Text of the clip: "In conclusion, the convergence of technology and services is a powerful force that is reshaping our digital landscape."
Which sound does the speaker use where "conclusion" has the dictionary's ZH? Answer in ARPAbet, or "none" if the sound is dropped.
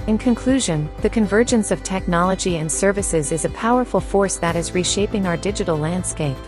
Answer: ZH